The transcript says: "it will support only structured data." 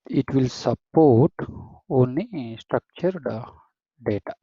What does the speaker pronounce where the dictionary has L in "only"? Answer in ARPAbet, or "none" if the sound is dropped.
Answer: none